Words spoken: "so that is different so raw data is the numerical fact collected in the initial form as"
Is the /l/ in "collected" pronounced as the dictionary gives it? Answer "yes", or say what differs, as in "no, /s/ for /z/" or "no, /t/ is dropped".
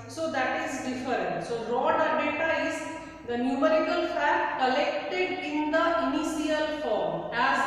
yes